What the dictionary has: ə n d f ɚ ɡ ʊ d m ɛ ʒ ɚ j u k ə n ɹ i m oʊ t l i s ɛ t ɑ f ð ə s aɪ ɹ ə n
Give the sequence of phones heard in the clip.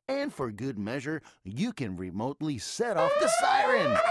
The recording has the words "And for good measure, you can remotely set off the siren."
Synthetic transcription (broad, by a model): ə n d f ɚ ɡ ʊ d m ɛ ʒ ɚ j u k ə n ɹ i m oʊ t l i s ɛ t ɑ f ð ə s aɪ ɹ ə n